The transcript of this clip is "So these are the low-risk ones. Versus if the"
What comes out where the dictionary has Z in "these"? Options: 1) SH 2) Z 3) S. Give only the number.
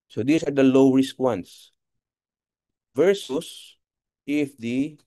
3